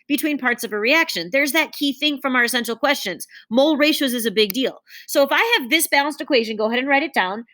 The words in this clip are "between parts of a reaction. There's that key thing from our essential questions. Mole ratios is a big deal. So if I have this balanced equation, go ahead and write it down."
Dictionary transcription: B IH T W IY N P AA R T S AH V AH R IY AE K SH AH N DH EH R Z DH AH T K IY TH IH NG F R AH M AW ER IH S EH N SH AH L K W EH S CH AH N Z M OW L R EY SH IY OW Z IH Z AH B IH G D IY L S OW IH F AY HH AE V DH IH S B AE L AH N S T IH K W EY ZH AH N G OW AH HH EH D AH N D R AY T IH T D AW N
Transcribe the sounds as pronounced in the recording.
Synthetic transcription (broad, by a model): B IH T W IY N P AA R T S AH V AH R IY AE K SH AH N DH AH R Z DH AH T K IY TH IH NG F R AH M AW ER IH S EH N SH L K W EH S CH AH N Z M OW L R EY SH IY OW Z IH Z AH B IH G D IY L S OW IH F AY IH V DH IH S B AE L AH N S T IH K W EY ZH AH N G OW AH HH EH D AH N R AY T IH T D AW N